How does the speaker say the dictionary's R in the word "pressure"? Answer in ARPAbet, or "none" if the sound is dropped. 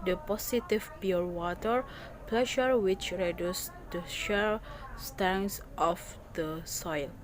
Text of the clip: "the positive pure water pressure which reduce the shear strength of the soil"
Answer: L